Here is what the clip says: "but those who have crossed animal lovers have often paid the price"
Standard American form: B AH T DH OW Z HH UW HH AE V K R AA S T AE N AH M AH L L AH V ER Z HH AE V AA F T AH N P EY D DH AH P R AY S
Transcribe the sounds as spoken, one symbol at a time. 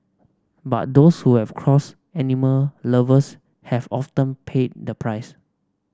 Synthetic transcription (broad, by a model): B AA T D OW S HH UW HH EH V K R AA S EH N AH M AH L L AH V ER S HH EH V AA F T AH N P EY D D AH P R AY S